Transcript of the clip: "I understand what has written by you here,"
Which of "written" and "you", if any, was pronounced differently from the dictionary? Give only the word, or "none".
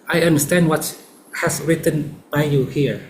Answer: none